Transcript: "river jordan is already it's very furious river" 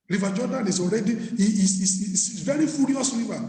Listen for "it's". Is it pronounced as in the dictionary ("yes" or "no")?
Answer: no